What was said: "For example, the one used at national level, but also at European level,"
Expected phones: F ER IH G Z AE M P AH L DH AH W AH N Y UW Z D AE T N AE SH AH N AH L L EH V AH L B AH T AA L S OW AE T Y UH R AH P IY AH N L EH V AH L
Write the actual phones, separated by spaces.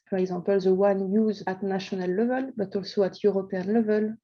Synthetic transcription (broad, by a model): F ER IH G Z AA P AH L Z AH W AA N Y UW Z AA T N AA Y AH N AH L L EH V AH L B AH T AA L S OW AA T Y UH R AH P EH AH N L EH V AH L